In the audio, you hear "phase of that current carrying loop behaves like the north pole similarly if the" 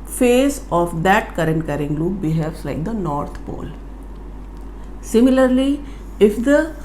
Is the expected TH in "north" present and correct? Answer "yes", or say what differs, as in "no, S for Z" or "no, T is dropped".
no, T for TH